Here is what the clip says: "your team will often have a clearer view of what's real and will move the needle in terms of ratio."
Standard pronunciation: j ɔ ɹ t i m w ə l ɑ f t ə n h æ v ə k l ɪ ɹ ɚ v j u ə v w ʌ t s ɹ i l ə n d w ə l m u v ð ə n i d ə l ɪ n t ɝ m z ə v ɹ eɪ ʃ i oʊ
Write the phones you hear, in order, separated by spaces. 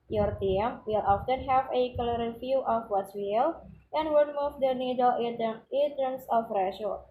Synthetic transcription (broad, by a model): j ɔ ɹ t i m w ə l ɑ f t ə n h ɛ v ə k l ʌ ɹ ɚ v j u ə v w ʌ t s w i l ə n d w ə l m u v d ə n i d ə l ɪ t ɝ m s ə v ɹ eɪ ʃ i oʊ